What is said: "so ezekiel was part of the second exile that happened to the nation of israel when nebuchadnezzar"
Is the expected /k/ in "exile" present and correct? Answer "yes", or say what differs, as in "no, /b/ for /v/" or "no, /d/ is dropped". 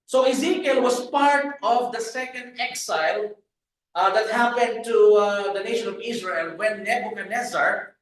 yes